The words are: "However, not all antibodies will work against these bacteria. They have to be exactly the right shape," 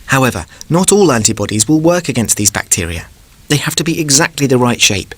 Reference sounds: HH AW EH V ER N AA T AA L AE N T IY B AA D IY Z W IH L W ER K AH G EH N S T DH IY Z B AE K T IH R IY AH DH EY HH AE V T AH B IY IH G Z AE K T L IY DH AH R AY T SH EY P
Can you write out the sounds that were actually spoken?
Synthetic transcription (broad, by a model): HH AW EH V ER N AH T AA L AE N T IY B AA D IY Z W IH L W ER K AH G EH N S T DH IY Z B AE K T IH R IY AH DH EY HH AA F T AH B IY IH G Z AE K T L IY DH AH R AY T SH EY P